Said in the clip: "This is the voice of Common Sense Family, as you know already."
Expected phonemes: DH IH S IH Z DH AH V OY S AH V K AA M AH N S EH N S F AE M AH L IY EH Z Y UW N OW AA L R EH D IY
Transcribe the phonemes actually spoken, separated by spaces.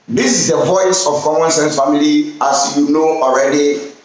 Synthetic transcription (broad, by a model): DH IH S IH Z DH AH V OY S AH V K AA M AH N S EH N S F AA M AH L IY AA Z Y UW N OW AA L R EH D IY